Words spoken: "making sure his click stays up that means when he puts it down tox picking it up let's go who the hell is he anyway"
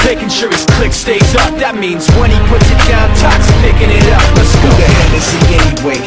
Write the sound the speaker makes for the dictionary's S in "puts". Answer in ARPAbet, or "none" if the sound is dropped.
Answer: S